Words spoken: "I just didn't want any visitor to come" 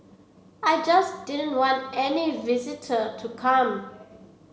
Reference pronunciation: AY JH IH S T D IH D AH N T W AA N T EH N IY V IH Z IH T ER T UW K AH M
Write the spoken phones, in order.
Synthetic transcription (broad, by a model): AY JH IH S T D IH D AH N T W AA N T EH N IY V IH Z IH T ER T UW K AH M